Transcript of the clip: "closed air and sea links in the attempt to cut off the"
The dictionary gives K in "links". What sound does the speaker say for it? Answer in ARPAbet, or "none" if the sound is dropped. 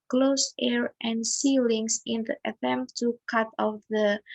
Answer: none